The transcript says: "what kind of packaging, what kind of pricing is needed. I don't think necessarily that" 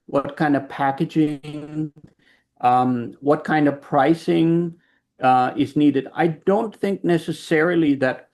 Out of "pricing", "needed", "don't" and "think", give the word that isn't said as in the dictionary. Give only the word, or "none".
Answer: none